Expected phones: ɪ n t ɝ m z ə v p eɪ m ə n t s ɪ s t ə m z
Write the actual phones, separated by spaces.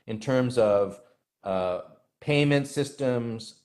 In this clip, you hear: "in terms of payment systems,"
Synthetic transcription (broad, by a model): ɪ n t ɝ m z ə v p eɪ m ə n t s ɪ s t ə m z